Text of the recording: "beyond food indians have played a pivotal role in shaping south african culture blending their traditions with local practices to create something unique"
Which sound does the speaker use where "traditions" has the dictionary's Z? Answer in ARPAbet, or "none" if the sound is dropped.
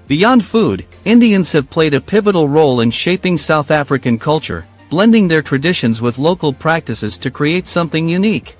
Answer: Z